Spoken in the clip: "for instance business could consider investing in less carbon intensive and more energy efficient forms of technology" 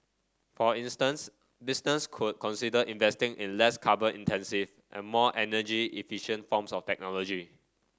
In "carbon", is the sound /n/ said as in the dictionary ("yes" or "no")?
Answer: no